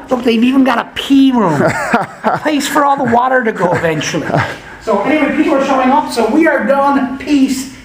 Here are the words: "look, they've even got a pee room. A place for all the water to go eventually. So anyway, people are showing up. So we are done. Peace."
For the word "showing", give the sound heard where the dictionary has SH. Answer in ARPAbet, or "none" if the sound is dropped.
SH